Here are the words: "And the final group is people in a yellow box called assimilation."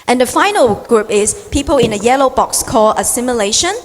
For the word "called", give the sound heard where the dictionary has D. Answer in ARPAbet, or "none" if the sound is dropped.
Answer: none